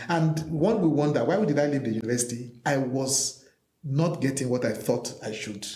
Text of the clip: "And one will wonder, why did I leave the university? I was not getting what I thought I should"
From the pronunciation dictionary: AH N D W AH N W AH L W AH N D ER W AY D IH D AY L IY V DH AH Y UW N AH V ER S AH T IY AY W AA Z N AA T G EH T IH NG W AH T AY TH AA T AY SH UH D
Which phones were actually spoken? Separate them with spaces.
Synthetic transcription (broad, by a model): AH N D W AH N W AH W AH N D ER W AY D IH D AY L IY V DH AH Y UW N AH V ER S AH T IY AY W AA Z N AA T G EH T IH NG W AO T AY TH AA T AY SH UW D